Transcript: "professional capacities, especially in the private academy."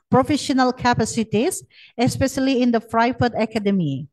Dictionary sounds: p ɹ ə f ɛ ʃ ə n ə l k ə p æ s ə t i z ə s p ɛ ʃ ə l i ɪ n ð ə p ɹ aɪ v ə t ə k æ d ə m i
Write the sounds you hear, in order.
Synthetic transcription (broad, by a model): p ɹ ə f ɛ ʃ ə n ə l k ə p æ s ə t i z ə s p ɛ ʃ ə l i ɪ n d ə f ɹ aɪ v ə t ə k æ d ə m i